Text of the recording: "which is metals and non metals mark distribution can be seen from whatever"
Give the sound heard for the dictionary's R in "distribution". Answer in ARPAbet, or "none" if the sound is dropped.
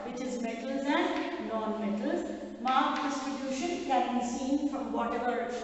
none